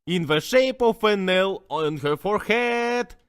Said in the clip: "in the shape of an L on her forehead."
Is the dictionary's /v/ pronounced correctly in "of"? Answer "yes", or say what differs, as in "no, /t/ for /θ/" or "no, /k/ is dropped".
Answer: no, /f/ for /v/